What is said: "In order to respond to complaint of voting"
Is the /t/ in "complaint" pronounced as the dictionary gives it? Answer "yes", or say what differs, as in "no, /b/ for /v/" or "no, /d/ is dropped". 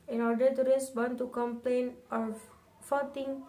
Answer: no, /t/ is dropped